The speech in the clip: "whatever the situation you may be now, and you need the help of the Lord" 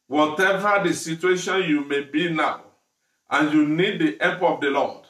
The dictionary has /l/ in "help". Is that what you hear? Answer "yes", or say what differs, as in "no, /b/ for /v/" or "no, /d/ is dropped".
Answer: no, /l/ is dropped